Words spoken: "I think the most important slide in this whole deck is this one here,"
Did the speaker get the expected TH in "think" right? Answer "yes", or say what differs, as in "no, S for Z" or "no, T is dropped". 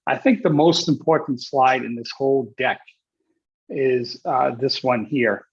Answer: yes